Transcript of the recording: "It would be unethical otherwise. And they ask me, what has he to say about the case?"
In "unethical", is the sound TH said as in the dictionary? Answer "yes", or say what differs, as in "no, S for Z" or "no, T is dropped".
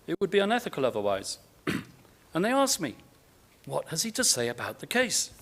yes